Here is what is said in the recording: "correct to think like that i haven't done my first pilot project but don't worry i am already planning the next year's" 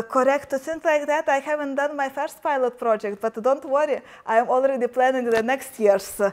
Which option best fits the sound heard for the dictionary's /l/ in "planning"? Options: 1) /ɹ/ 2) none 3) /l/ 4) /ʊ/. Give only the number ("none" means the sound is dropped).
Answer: 3